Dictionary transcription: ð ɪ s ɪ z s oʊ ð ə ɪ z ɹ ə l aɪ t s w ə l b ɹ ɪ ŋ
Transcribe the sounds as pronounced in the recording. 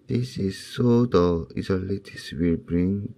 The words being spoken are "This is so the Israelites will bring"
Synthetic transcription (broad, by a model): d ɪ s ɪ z s oʊ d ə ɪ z ə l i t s w ə l b ɹ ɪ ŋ